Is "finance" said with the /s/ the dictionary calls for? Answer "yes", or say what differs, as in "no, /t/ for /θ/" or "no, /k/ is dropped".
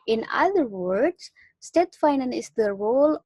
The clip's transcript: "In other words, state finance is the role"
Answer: no, /s/ is dropped